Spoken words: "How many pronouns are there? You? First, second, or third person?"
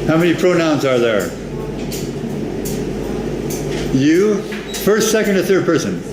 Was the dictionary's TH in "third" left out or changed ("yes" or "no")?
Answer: no